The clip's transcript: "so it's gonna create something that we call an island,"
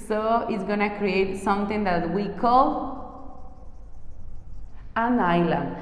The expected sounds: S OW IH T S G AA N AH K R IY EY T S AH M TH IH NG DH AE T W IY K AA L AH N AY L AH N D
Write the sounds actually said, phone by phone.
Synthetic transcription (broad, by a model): S OW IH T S G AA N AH K R IY EY T S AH M T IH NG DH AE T W IY K AA L AH N AY L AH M